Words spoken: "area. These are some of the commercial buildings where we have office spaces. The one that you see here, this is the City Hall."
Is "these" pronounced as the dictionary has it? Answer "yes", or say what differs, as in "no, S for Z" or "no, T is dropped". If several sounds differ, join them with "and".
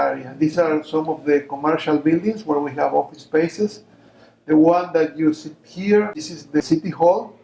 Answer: no, S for Z